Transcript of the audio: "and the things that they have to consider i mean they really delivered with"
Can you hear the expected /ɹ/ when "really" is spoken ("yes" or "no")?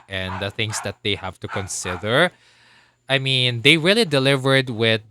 yes